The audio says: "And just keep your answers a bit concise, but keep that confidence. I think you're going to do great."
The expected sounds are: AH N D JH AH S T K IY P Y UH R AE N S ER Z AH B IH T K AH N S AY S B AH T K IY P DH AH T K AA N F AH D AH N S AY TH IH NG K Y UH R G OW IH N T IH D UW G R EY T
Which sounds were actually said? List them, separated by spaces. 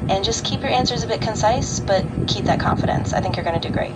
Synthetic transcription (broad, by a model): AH N JH AH S K IY P Y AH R AE N S ER Z AH B IH T K AH N S AY S B AH T K IY P DH AH T K AA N F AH D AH N S AY TH IH NG K Y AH R G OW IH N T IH D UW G R EY T